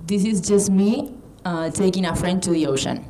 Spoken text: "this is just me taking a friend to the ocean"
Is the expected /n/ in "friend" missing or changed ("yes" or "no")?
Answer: no